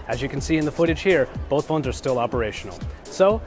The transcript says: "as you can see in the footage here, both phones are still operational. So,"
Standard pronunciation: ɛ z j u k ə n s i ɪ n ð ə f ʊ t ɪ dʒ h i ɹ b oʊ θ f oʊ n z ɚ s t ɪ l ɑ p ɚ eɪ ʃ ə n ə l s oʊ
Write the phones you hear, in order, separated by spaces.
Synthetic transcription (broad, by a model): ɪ z j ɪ k n s i ɪ n ð ə f ʊ t ɪ dʒ h i ɹ b oʊ θ f oʊ n z ɚ s t ɪ l ɑ p ɚ eɪ ʃ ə n l s oʊ